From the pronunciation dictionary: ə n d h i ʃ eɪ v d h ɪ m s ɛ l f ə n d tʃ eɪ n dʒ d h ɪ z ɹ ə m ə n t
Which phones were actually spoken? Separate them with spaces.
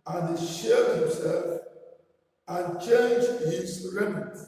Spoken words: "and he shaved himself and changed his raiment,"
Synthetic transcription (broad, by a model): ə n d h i ʃ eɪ d h ɪ m s ɛ l f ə n tʃ eɪ n dʒ d h ɪ z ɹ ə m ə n